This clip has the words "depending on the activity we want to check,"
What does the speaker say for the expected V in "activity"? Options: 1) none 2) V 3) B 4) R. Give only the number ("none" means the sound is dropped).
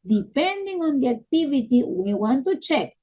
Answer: 3